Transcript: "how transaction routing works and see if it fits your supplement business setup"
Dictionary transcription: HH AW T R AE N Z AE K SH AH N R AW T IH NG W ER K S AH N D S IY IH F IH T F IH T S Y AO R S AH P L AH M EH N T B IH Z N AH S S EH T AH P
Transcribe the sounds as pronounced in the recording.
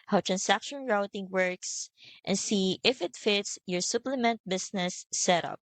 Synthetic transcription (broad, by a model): HH AW T R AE N S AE K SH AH N R AW T IH NG W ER K S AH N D S IY IH F IH T F IH T S Y AO R S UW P L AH M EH N T B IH S N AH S S EH T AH P